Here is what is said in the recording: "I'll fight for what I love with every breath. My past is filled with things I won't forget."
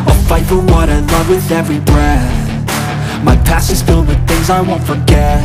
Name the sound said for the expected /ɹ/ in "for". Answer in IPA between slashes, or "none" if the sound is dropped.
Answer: /l/